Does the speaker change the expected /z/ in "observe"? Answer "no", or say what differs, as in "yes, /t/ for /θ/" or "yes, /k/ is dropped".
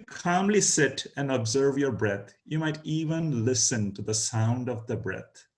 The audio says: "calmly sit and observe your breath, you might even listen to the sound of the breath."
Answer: no